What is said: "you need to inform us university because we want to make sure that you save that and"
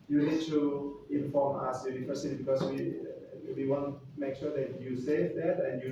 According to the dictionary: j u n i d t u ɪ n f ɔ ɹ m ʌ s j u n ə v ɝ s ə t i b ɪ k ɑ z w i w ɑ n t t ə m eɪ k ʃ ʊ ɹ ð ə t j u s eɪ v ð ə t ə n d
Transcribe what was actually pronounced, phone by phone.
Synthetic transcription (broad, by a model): j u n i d t u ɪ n f ɔ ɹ m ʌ s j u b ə f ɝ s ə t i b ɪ k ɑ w w i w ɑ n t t m eɪ k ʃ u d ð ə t j u s eɪ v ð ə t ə n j